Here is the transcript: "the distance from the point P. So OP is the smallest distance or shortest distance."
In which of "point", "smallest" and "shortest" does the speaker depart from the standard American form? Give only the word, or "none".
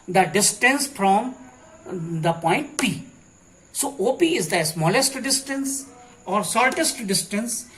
shortest